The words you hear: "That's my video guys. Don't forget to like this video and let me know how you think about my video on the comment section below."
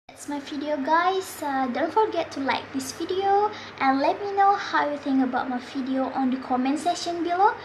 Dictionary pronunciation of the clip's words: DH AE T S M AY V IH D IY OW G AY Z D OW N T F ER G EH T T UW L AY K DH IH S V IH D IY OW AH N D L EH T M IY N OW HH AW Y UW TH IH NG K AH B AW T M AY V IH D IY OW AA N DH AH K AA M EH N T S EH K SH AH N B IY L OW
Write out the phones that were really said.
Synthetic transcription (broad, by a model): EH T S M AY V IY D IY OW G AY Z D OW N T F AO G EH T T UW L AY K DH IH S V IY D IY OW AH N L EH T M IY N OW HH AW Y UW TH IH NG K AH B AW T M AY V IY D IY OW AA N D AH K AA M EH N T S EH SH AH N B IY L OW